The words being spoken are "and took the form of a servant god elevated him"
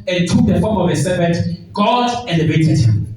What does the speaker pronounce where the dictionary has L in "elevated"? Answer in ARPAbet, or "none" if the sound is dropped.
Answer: N